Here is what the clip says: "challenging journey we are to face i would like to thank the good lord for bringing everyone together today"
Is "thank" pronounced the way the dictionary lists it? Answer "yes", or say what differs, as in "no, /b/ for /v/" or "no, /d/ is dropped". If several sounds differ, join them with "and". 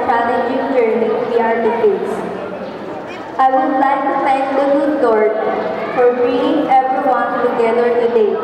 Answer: no, /f/ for /θ/